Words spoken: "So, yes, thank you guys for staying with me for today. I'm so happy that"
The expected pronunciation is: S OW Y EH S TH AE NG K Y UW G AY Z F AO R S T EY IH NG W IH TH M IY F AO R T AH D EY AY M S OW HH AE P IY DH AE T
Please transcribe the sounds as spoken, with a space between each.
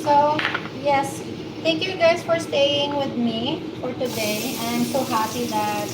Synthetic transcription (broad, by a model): S OW Y EH S T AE NG K Y UW G AY Z F AO R S T EY IH NG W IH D M IY F AO R T AH D EY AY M S OW HH AE P IY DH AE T